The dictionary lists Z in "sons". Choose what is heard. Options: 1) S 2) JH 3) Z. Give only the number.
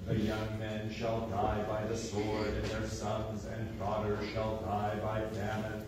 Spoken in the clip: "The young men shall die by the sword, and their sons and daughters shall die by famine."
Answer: 3